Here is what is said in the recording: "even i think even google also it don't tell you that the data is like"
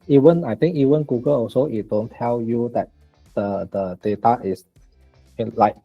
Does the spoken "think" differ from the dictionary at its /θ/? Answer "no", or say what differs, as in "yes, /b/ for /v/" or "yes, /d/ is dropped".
yes, /t/ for /θ/